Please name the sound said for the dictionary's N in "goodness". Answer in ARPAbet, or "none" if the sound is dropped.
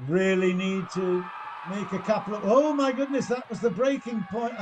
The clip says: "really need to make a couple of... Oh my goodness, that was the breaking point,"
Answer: N